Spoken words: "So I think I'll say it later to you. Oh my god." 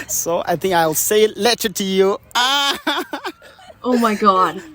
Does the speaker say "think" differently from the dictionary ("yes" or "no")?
no